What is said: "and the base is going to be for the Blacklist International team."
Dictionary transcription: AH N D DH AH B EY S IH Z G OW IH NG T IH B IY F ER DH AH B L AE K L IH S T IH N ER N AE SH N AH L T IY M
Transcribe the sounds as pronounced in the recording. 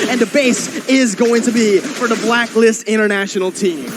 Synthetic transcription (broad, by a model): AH N DH AH B EY S IH Z G OW IH NG T IH B IY F ER DH AH B L AE K L IH S T IH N ER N AE SH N L T IY M